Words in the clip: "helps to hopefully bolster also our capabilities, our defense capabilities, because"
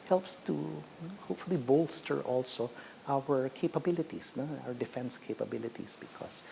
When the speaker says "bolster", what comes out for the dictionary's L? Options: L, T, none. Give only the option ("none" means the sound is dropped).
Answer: L